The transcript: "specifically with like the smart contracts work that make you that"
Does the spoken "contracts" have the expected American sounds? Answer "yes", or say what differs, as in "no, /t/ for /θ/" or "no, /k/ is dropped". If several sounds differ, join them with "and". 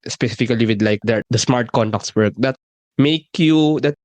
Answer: no, /ɹ/ is dropped